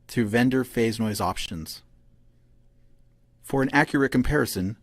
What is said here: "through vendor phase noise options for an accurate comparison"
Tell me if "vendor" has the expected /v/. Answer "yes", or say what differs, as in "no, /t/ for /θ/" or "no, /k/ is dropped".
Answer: yes